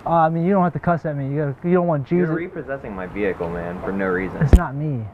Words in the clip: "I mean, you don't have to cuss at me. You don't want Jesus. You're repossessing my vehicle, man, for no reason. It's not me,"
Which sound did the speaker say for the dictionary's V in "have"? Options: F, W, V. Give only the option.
F